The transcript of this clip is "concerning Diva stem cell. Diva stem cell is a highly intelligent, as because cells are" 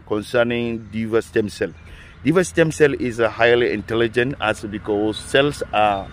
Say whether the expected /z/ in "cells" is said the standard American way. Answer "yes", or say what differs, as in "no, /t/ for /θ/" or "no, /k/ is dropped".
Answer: no, /s/ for /z/